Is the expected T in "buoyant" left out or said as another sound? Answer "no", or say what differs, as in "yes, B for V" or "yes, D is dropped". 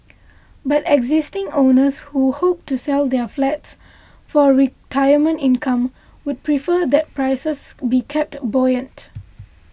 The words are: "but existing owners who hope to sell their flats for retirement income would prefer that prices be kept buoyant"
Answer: no